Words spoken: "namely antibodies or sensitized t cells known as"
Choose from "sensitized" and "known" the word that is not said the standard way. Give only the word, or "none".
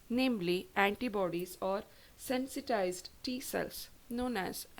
none